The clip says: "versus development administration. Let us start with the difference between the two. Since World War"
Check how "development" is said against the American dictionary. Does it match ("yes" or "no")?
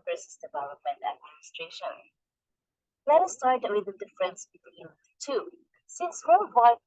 no